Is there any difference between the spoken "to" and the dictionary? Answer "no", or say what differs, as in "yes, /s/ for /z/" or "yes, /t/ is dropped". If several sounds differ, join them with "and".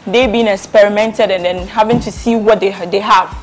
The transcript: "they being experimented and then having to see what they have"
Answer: no